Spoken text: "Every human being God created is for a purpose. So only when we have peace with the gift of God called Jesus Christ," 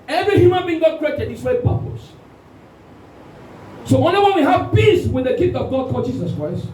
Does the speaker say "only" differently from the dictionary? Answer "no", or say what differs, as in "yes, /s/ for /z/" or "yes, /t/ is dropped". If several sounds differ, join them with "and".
yes, /l/ is dropped